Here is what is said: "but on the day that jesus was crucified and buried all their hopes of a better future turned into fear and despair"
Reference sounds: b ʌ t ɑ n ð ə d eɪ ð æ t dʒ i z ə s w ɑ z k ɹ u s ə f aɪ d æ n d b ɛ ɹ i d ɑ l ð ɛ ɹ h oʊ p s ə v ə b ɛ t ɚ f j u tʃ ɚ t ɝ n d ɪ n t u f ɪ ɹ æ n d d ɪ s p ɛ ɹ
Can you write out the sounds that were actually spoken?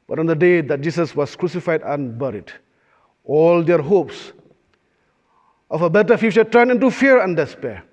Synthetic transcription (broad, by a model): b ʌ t ɑ n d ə d eɪ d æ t dʒ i s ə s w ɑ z k ɹ u s ə f aɪ d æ n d b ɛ ɹ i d ɑ l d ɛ ɹ h oʊ p s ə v ə b ɛ t ɚ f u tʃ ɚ t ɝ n ɪ n t u f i ɹ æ n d d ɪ s p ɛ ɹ